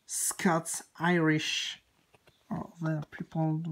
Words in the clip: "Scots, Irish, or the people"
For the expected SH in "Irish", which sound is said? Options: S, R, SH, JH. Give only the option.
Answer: SH